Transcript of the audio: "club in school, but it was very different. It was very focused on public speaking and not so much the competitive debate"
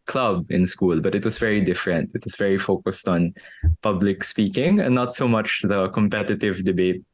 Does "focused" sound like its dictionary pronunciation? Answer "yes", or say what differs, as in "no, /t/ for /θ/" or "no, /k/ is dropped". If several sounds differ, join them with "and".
yes